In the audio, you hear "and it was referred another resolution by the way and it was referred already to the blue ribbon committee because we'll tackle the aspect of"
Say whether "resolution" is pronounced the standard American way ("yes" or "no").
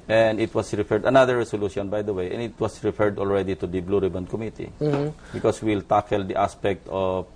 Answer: no